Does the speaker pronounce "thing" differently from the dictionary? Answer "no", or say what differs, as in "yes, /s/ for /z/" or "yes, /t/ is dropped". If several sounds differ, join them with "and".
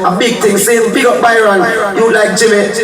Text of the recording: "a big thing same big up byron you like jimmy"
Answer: yes, /t/ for /θ/